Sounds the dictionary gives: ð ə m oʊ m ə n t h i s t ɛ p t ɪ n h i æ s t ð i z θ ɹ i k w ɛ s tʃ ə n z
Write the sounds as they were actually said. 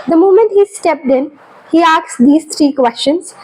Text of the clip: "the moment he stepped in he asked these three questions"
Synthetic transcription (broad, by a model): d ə m oʊ m ə n t h i s t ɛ p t ɪ n h i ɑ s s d i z t ɹ i k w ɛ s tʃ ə n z